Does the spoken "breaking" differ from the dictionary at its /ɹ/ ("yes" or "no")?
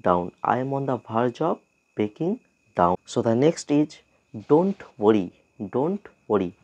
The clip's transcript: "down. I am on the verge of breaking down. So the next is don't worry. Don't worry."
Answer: yes